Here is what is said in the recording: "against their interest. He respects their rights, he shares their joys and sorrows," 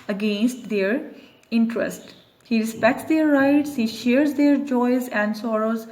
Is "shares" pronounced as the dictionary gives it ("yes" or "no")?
yes